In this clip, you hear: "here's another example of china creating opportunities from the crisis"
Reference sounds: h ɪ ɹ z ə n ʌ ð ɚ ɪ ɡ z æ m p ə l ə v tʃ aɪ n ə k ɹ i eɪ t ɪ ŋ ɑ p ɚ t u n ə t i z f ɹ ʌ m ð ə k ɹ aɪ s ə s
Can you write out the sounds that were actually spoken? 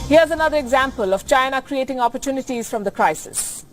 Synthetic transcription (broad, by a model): h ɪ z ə n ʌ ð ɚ ɪ ɡ z æ m p ə l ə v tʃ aɪ n ə k ɹ i eɪ t ɪ ŋ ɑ p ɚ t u n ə t i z f ɹ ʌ m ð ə k ɹ aɪ s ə s